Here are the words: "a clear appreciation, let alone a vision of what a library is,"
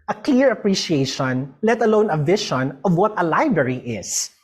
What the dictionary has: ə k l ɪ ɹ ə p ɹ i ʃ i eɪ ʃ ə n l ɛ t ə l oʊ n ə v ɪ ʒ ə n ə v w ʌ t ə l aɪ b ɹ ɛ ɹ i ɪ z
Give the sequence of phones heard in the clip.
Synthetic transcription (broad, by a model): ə k l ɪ ɹ ə p ɹ i ʃ i eɪ ʃ ə n l ɛ t ə l oʊ n ə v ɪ ʃ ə n ə v w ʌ t ə l aɪ b ɹ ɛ ɹ i ɪ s